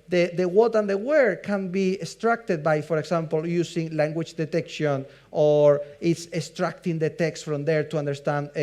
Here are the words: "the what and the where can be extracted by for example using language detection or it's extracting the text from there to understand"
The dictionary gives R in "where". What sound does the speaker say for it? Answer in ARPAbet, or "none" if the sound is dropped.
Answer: R